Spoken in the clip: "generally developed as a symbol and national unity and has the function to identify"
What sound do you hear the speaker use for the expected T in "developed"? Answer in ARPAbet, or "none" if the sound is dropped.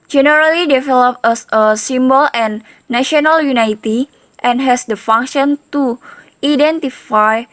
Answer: none